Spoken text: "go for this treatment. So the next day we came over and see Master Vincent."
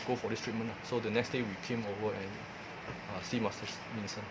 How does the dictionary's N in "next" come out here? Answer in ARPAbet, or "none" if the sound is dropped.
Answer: N